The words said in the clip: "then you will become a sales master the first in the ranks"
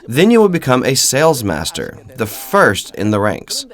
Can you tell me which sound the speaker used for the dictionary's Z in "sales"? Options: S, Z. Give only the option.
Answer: Z